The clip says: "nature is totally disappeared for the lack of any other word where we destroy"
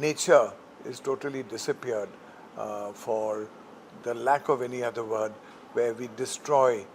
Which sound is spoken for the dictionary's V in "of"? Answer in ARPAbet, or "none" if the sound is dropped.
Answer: V